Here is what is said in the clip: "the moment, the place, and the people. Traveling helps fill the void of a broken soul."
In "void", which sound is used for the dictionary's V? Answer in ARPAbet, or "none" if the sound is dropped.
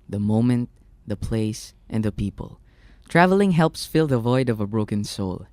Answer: V